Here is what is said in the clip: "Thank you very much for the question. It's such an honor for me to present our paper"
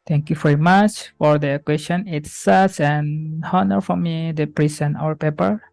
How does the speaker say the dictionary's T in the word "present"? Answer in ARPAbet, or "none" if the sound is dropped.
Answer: none